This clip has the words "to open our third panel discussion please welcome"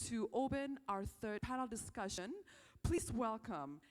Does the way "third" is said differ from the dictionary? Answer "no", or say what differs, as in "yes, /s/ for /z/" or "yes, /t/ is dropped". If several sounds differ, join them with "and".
no